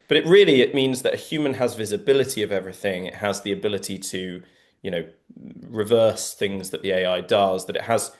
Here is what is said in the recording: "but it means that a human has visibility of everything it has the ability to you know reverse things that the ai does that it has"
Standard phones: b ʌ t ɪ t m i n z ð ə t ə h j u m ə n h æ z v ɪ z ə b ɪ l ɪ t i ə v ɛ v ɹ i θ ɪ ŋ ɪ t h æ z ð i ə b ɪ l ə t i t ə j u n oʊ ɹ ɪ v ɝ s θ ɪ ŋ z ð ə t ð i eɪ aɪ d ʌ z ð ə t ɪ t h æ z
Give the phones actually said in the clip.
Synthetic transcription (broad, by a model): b ʌ t ɪ t m i n z ð ə t ə h j u m ə n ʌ z v ɪ z ə b ɪ l ɪ t i ə v ɛ v ɹ i θ ɪ ŋ ɪ t h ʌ z ð i ə b ɪ l ə t i t ə j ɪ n oʊ ɹ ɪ v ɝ s θ ɪ ŋ z ð ə t ð i eɪ aɪ d ʌ z ð ə t ɪ t h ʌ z